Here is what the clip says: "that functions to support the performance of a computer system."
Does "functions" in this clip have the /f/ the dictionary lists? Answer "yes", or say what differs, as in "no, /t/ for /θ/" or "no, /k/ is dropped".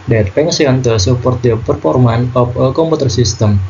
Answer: no, /p/ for /f/